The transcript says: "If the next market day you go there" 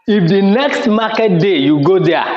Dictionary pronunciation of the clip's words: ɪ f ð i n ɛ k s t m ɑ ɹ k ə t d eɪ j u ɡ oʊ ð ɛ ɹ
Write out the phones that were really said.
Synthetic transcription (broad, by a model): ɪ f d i n ɛ k s t m ɑ k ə t d eɪ j u ɡ oʊ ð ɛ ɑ